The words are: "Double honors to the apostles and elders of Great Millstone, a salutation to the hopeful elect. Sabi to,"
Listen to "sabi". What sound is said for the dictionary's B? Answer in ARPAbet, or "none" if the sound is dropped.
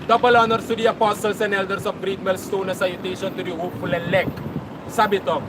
B